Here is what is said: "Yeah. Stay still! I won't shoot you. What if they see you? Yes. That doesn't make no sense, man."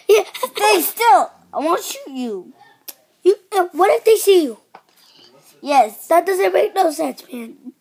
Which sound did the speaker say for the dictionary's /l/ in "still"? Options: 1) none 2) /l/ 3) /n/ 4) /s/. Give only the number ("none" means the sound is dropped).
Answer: 2